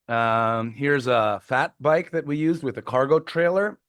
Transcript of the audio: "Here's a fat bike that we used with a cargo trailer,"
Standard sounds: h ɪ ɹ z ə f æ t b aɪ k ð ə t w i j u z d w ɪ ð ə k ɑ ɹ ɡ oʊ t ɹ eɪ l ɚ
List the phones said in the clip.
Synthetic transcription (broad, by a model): h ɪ ɹ z ə f æ t b aɪ k ð ə t w i j u z d w ɪ ð ə k ɑ ɹ ɡ oʊ t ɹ eɪ l ɚ